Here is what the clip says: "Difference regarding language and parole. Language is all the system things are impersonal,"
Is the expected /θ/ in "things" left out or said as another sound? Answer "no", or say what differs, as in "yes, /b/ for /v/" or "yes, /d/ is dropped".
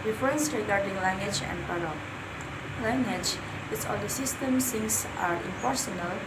yes, /s/ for /θ/